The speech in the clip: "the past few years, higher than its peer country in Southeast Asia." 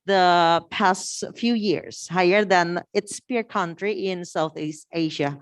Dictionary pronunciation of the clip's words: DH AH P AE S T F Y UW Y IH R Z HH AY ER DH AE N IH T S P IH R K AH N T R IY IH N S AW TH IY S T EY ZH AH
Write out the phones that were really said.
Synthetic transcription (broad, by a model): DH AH P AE S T F Y UW Y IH R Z HH AY ER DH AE N IH T S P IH R K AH N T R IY IH N S AW TH IY S T EY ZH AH